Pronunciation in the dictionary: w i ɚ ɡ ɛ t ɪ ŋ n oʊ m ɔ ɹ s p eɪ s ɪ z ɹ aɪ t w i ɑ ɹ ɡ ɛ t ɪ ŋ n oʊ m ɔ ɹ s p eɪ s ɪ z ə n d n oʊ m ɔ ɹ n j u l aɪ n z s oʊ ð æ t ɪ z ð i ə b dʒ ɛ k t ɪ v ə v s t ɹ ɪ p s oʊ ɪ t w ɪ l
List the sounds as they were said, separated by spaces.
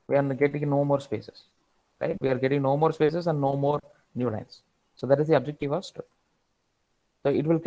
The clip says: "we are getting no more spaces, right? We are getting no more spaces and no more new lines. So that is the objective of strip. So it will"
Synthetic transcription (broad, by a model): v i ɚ ɡ ɛ t ɪ ŋ n oʊ m ɔ ɹ s p eɪ s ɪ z ɹ aɪ t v i ɑ ɹ ɡ ɛ t ɪ ŋ n oʊ m ɔ ɹ s p eɪ s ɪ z ə n d n oʊ m ɔ ɹ n j u l aɪ n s s oʊ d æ t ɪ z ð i ə b dʒ ɛ k t ɪ v ə v s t ɪ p s oʊ ɪ t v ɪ l